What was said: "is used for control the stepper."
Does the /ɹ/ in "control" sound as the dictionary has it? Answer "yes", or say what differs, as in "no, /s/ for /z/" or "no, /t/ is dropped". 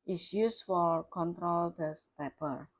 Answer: yes